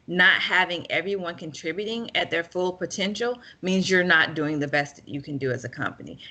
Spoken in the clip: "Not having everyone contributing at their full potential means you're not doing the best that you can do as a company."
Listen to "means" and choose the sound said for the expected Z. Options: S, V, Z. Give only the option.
Z